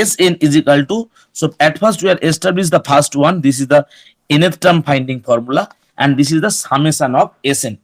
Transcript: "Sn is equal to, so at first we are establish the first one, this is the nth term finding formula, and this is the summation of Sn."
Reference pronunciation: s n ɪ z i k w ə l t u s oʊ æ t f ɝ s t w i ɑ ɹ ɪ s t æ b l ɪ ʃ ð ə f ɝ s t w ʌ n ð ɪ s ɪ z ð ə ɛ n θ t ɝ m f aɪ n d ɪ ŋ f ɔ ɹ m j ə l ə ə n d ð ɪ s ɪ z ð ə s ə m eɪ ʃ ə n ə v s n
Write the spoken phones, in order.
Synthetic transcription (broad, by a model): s n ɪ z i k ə l t u s oʊ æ t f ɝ s t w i ɑ ɹ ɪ s t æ b l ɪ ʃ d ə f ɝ s t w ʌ n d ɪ s ɪ z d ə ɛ n t t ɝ m p aɪ n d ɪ ŋ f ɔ ɹ m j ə l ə ə n d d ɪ s ɪ z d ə s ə m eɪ s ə n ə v s n